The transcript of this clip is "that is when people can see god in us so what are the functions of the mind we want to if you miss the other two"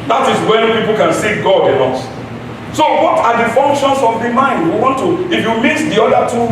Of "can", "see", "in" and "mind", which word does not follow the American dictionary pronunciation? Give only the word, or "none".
in